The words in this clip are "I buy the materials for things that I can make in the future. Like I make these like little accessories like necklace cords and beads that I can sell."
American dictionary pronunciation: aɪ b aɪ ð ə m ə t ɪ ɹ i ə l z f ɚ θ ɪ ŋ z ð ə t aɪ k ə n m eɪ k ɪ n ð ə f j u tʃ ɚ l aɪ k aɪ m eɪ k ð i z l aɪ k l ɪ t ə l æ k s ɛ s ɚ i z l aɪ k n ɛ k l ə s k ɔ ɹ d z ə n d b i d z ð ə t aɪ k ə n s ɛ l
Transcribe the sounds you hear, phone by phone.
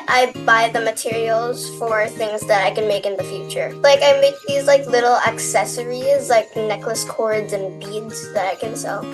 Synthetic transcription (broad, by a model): aɪ b aɪ ð ə m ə t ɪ ɹ i l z f ɚ θ ɪ ŋ z ð ə t aɪ k ə n m eɪ k ɪ n ð ə f j u tʃ ɚ l aɪ k aɪ m eɪ k ð i z l aɪ k l ɪ t l æ k s ɛ s ɚ i z l aɪ k n ɛ k l ə s k ɔ ɹ d z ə n b i d z ð ə t aɪ k ə n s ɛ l